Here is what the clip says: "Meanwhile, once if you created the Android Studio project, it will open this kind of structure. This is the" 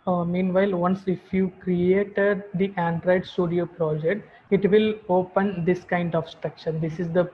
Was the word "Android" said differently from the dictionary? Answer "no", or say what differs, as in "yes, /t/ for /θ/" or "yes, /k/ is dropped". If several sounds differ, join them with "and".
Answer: no